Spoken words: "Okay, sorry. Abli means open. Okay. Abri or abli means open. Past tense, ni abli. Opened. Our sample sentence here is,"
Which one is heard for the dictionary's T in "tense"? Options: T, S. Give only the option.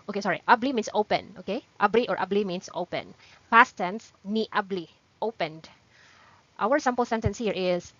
T